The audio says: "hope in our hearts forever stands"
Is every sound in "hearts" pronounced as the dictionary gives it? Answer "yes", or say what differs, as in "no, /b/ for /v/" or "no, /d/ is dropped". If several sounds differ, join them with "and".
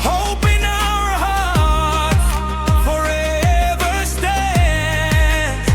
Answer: no, /s/ is dropped